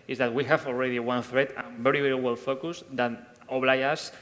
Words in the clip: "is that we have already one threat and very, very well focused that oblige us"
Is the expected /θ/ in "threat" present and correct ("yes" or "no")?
yes